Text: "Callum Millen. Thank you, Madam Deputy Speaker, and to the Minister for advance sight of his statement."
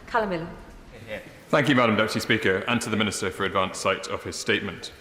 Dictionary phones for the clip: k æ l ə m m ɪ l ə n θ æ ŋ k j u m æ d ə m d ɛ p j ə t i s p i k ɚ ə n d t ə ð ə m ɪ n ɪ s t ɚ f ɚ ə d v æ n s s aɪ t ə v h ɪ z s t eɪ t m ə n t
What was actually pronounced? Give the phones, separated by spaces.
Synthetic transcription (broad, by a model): k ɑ l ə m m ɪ l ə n θ æ ŋ k j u m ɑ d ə m d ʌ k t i s p i k ɚ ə n t ə ð ə m ɪ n ɪ s t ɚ f ɚ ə d v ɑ n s s aɪ t ə v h ɪ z s t eɪ t m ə n t